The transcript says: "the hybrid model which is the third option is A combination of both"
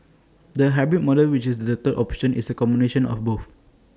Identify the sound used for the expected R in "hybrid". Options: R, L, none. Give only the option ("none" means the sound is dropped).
none